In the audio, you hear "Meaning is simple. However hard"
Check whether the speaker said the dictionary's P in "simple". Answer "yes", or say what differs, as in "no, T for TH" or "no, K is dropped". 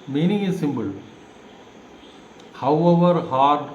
no, B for P